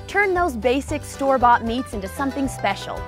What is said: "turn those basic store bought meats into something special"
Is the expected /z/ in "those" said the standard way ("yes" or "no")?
yes